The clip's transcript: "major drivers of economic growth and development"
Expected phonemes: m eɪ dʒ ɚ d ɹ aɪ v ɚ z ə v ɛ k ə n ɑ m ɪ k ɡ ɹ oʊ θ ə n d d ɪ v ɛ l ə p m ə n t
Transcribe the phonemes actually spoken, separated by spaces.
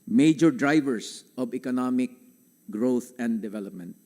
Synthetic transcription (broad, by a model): m eɪ dʒ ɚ d ɹ aɪ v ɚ s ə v ɛ k ə n ɑ m ɪ k ɡ ɹ oʊ t ə n d d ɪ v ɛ l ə p m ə n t